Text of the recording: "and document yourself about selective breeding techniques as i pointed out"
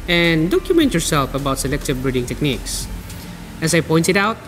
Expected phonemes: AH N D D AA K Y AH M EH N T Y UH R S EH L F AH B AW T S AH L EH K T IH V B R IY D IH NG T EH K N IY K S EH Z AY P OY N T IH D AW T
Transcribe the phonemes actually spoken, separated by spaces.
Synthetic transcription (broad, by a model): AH N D D AA K Y AH M EH N T Y UH R S EH L F AH B AW T S AH L EH K T IH V B R IY D IH NG T EH K N IY K S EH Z AY P OY N T IH D AW T